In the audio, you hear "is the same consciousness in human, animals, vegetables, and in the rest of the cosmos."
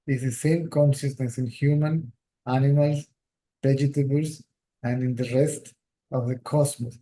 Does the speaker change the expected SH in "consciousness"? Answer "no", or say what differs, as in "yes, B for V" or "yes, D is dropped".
yes, S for SH